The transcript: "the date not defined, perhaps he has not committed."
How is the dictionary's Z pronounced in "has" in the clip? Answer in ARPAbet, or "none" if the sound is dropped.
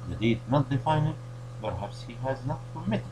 Z